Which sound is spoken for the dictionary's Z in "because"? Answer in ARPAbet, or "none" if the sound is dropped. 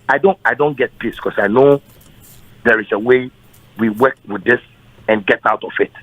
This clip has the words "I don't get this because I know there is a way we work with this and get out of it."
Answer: S